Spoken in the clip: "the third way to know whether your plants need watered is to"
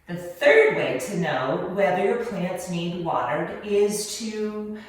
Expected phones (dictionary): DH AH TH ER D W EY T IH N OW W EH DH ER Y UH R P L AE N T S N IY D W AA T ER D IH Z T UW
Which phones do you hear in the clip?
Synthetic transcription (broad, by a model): DH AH TH ER D W EY T IH N OW W EH DH ER Y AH R P L AE N T S N IY D W AA T ER D IH Z T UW